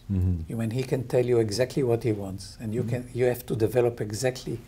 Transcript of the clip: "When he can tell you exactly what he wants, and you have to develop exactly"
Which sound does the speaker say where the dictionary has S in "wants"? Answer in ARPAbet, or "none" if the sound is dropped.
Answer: S